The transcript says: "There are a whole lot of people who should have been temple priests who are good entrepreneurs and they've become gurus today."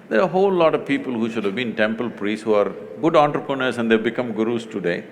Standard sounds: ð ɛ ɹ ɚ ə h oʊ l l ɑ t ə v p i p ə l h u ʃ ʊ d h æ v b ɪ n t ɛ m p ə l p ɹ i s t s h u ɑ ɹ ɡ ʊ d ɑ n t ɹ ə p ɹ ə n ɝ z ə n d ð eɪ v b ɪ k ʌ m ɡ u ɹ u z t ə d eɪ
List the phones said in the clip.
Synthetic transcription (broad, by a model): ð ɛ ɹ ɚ ə h oʊ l l ɑ t ə v p i p ə l h u ʃ ʊ d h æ v b ɪ n t ɛ m p ə l p ɹ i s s h u ɑ ɹ ɡ ʊ d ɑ n t ɹ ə p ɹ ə n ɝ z ə n d eɪ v b ɪ k ʌ m ɡ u ɹ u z t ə d eɪ